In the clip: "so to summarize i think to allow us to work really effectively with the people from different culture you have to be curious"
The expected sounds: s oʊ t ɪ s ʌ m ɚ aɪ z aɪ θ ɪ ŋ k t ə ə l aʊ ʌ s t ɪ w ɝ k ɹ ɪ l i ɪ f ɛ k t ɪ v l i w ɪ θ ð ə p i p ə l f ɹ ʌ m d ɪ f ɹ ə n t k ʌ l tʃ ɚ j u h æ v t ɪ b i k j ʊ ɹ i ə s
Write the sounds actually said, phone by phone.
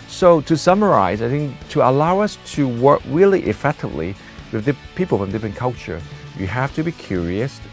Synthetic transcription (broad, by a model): s oʊ t ɪ s ʌ m ɚ aɪ z aɪ θ ɪ ŋ k t ə ə l aʊ ʌ s t ɪ w ɝ k ɹ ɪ l i ɪ f ɛ k t ɪ v l i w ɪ ð ə p i p l f ɹ ʌ m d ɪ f ɹ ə n k ʌ l tʃ ɚ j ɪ h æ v t ɪ b i k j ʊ ɹ i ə s